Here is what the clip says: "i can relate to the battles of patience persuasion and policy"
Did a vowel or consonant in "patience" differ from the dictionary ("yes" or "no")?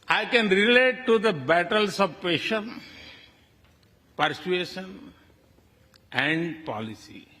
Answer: yes